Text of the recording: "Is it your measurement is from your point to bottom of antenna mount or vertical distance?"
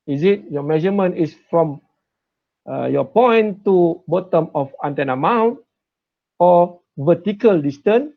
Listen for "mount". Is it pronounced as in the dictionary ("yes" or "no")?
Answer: yes